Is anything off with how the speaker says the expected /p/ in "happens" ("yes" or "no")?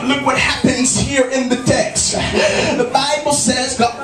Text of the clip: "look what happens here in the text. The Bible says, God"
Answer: no